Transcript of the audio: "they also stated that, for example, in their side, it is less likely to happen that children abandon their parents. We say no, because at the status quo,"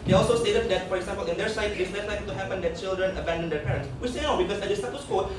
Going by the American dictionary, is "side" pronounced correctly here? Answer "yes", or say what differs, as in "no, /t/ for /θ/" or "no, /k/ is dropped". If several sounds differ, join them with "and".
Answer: no, /d/ is dropped